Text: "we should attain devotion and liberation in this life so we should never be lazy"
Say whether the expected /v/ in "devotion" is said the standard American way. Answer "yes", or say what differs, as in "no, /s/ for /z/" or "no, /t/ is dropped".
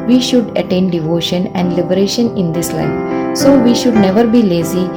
yes